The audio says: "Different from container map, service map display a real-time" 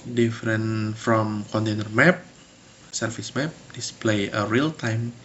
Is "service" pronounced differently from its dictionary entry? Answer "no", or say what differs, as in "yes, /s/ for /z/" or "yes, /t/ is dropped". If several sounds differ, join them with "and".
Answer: yes, /f/ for /v/